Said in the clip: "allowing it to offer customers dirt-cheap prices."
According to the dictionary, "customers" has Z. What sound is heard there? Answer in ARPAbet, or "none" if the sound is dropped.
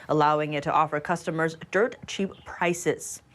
Z